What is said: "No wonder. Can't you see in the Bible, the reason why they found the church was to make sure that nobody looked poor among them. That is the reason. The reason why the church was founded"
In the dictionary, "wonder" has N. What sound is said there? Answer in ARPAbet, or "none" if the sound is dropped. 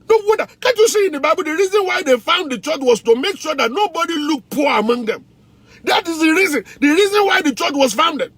none